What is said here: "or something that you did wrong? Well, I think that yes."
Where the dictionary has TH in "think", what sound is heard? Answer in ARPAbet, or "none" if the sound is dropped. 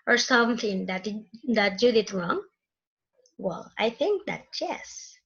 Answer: TH